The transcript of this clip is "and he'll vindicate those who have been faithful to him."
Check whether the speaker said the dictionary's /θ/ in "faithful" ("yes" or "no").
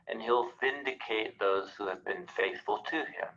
yes